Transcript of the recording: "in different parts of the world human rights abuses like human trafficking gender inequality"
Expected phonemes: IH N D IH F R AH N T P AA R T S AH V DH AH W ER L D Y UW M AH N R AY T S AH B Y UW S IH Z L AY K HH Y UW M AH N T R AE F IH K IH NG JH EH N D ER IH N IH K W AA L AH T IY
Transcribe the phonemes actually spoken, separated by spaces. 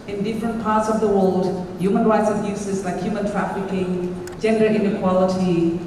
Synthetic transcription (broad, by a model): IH N D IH F R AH N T P AA R T S AH V DH AH W ER L D Y UW M AH N R AY T S AH B Y UW S IH Z L AY K HH Y UW M AH N T R AE F IH K IH NG JH EH N D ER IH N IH K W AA L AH T IY